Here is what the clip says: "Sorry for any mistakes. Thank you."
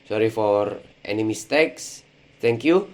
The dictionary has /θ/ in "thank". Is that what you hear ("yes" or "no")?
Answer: no